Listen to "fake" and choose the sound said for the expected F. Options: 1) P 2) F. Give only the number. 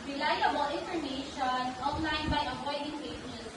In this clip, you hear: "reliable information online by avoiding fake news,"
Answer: 1